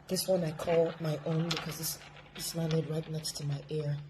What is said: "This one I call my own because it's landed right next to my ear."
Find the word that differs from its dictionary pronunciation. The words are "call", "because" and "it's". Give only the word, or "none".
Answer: it's